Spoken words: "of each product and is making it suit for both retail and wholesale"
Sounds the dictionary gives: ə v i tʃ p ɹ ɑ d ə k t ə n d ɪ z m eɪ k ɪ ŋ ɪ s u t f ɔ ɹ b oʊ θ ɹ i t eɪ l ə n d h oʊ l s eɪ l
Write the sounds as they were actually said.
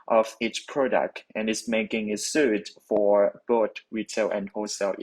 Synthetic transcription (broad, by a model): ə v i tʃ p ɹ ɑ d ə k t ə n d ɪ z m eɪ k ɪ ŋ ɪ s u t f ɔ ɹ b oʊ t ɹ i t eɪ l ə n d h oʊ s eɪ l